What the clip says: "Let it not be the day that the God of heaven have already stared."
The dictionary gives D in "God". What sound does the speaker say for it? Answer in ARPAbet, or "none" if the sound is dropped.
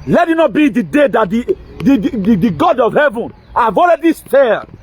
D